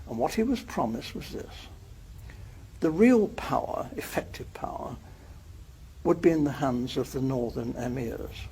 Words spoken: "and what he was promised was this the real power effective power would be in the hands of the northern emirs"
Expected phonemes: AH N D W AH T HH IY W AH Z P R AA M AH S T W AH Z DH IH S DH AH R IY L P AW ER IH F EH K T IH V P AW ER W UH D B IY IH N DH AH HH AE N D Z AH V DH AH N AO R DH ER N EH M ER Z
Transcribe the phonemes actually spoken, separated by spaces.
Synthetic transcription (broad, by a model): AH N W AH T HH IY W AH Z P R AA M AH S T W AH Z DH IH S DH AH R IY L P AW ER IH F EH K T IH V P AW ER W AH D B IY IH N DH AH HH AE N D Z AH V DH AH N AO R DH ER N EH M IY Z